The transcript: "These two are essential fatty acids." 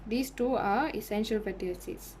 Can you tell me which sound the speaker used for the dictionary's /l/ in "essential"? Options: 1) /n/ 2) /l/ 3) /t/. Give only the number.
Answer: 2